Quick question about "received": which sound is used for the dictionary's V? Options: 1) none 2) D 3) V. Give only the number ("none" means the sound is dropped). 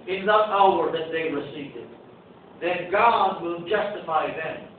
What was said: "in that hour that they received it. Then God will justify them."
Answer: 1